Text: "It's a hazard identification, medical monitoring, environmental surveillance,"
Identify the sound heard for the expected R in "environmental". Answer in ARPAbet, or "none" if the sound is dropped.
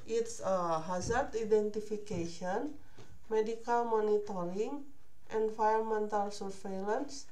none